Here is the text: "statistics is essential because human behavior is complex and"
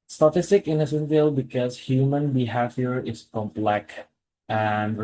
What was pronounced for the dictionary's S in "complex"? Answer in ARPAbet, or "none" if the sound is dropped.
none